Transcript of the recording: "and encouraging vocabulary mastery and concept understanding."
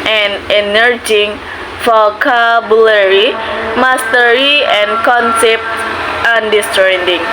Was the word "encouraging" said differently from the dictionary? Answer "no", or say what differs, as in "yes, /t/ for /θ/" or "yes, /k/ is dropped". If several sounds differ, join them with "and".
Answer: yes, /k/ is dropped